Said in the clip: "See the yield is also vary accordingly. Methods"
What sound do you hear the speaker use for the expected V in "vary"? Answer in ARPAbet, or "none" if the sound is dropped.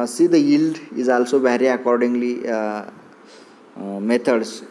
B